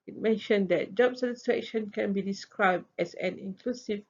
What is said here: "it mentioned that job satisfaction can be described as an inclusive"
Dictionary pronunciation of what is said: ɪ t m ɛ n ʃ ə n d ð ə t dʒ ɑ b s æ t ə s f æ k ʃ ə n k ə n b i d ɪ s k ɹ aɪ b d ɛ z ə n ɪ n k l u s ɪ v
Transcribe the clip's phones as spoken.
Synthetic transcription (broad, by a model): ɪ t m ɛ n ʃ ə n d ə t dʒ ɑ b s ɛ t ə s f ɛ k ʃ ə n k ə n b i d ɪ s k ɹ aɪ b d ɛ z ə n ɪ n k l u s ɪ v